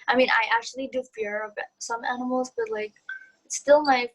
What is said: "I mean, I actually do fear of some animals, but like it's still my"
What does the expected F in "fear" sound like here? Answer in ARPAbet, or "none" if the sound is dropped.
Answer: F